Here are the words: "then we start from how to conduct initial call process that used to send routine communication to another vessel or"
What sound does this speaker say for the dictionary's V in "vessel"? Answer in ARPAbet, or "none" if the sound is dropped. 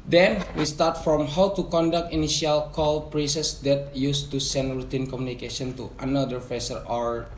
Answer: F